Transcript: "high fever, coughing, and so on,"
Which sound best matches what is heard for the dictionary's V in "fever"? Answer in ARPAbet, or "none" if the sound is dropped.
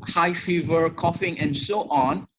V